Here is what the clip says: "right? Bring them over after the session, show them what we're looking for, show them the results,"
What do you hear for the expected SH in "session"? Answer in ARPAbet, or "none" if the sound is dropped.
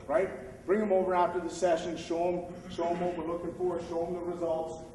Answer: SH